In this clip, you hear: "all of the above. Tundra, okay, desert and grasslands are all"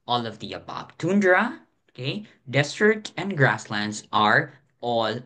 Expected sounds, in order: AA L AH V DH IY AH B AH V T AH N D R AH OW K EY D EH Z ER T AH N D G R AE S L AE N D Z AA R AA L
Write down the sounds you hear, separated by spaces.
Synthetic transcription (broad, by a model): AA L AH V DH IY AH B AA B T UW N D R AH OW K EY D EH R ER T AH N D G R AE S L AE N D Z AA R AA L